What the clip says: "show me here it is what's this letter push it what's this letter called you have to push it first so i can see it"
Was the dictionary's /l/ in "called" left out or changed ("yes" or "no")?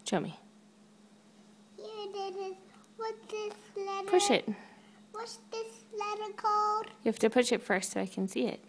yes